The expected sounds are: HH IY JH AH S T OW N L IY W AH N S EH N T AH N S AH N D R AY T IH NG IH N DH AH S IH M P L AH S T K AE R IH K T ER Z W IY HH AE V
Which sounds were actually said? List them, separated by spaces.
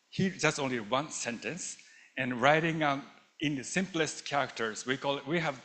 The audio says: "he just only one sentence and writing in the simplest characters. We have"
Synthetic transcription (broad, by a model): HH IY JH AH S T OW N L IY W AH N S EH N T AH N S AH N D R AY T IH NG IH N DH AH S IH M P L AH S T K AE R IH K T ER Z W IY HH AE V